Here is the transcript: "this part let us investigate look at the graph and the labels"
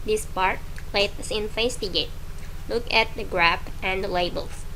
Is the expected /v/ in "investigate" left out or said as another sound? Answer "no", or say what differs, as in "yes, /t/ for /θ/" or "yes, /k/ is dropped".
yes, /f/ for /v/